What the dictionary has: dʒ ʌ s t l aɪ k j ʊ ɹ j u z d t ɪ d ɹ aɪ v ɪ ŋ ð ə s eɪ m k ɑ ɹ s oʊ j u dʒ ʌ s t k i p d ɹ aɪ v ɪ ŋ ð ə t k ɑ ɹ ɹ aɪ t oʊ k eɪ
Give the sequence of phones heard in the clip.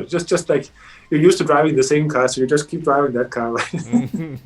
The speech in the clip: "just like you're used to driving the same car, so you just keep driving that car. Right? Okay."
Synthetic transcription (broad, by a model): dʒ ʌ s t l aɪ k j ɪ j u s t ɪ d ɹ aɪ v ɪ ŋ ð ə s eɪ m k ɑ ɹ s oʊ j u dʒ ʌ s k i p d ɹ aɪ v ɪ ŋ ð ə t k ɑ ɹ l aɪ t